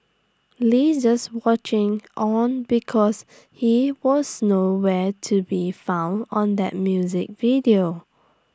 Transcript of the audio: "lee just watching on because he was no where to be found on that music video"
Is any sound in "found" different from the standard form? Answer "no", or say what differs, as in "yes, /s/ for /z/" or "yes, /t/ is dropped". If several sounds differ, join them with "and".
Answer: no